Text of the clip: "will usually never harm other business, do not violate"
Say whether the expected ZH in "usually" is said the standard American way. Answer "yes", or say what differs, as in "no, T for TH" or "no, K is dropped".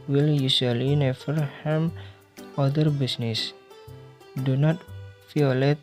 no, S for ZH